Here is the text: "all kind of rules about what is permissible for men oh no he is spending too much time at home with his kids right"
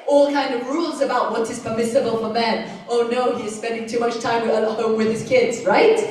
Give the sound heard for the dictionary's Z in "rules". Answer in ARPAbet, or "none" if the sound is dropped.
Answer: Z